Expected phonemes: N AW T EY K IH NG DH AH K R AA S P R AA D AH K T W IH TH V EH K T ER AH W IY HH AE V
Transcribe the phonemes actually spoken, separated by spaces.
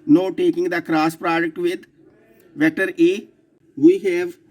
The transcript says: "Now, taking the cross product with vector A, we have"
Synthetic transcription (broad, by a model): N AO T EY K IH NG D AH K R AA S P R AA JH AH K T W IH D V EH T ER AH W IY HH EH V